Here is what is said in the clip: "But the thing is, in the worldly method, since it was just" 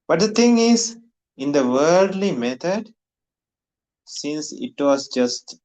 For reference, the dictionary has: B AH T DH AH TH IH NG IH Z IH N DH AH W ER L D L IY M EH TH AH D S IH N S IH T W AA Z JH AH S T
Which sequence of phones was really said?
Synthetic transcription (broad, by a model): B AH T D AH T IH NG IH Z IH N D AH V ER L D L IY M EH T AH D S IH N S IH T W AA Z JH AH S T